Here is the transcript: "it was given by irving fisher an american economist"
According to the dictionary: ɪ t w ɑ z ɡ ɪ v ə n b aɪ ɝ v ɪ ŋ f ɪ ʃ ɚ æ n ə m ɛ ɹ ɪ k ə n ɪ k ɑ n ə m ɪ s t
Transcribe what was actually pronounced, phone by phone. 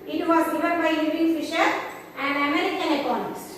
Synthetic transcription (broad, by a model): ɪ t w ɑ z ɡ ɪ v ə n b aɪ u p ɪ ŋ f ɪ ʃ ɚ æ n ə m ɛ ɹ ɪ k ə n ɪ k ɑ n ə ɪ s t